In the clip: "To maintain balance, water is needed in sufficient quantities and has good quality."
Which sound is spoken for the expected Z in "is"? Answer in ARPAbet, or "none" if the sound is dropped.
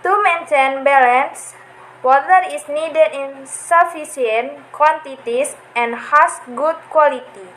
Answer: S